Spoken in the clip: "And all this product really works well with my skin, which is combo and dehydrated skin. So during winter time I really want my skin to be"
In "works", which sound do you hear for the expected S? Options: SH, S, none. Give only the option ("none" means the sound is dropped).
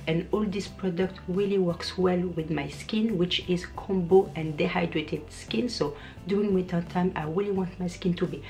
S